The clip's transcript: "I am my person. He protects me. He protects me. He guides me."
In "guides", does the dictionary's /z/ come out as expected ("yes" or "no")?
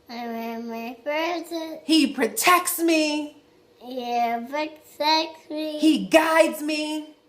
yes